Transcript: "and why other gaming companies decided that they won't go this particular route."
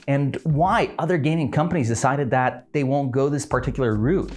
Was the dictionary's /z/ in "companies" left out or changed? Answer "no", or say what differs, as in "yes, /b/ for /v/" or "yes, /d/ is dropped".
no